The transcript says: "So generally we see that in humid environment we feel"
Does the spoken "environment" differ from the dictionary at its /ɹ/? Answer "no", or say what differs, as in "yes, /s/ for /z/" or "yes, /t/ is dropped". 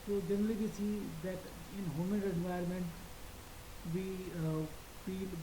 yes, /ɹ/ is dropped